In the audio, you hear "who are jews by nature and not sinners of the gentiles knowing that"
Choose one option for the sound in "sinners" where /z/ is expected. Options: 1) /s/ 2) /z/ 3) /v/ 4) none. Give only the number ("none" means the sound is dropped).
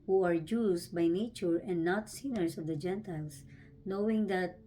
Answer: 1